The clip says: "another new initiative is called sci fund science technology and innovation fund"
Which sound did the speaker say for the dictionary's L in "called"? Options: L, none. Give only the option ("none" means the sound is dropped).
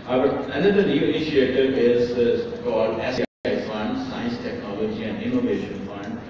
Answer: L